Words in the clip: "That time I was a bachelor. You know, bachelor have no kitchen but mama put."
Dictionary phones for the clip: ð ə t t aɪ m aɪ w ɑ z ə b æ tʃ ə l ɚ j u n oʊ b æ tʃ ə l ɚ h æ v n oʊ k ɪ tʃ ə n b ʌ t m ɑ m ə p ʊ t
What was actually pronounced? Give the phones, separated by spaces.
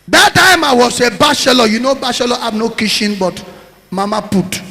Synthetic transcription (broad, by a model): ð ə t t aɪ m aɪ w ɑ s ə b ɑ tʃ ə l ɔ j u n oʊ b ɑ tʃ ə l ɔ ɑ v n oʊ k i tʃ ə n b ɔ t m ɑ m ə p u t